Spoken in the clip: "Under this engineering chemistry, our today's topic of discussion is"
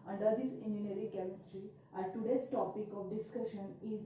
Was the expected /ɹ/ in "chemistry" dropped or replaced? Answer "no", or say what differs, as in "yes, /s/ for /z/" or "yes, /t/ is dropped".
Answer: no